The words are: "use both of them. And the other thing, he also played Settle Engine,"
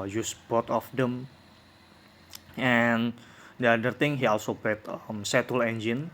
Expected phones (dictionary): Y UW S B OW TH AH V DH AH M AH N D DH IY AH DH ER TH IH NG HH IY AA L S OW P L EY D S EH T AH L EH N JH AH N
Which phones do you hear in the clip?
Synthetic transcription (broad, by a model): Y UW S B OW T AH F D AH M AH N D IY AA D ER T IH NG HH IY AA L S OW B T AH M S EH T AH L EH N JH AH N